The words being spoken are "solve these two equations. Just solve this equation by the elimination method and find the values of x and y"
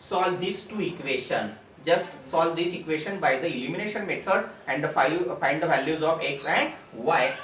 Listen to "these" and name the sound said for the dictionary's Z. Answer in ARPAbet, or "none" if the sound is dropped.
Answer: S